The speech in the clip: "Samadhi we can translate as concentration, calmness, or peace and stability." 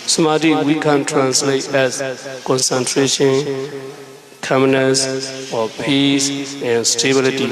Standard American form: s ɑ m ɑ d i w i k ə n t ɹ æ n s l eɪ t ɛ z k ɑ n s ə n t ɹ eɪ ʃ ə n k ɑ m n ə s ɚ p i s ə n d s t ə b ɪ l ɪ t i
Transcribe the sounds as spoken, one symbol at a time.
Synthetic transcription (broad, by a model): s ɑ m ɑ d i w i k ə n t ɹ æ n s l eɪ t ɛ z k ɑ n s ə n t ɹ eɪ ʃ ə n k ɑ m n ə s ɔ p i s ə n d s t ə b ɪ l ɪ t i